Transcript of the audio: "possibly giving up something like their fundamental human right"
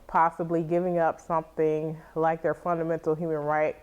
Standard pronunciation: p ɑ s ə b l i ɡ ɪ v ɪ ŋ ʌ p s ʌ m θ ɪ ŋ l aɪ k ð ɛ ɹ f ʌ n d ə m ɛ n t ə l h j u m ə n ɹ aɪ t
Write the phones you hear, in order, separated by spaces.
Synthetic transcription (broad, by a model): p ɑ s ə b l i ɡ ɪ v ɪ ŋ ʌ p s ʌ m θ ɪ ŋ l aɪ k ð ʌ ɹ f ʌ n d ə m ɛ n t l h j u m ə n ɹ aɪ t